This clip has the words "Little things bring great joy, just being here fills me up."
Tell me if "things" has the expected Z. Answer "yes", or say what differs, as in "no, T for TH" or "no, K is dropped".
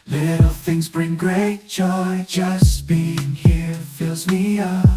yes